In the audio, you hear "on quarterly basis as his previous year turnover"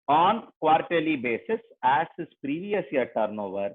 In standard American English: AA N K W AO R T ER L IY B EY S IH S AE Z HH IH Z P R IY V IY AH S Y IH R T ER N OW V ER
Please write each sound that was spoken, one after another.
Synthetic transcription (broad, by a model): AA N K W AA R T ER L IY B EY S IH S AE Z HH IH S P R IY V IY AH S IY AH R T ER N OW V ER